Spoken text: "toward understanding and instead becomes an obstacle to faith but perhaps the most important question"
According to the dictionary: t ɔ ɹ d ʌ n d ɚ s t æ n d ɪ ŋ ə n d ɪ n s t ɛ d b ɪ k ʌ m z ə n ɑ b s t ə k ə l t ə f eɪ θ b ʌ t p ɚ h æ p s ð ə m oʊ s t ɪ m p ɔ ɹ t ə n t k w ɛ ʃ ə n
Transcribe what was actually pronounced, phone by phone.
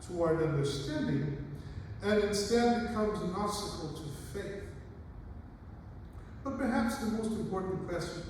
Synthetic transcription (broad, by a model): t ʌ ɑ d ʌ n d ɚ s t æ n d ɪ ŋ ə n ɪ n s t ɛ d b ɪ k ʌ m z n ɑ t s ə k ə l t ə f eɪ θ b ʌ t p ɚ h æ p s ð ə m oʊ s t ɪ m p ɔ ɹ t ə n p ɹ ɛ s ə